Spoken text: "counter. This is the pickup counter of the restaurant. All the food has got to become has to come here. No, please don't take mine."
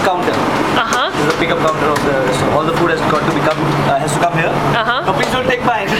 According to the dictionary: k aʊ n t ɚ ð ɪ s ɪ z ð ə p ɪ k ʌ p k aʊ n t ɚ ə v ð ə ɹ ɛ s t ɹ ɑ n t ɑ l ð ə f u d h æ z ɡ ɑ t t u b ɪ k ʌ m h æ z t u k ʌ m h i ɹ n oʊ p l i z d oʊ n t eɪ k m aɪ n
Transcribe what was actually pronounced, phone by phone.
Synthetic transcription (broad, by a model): k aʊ n t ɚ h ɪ ɪ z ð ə p ɪ k ʌ p k aʊ n t ɚ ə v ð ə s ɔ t ɑ l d ə f u d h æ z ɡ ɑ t t u b ɪ k ʌ m h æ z t u k ʌ m h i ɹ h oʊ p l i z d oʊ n t eɪ k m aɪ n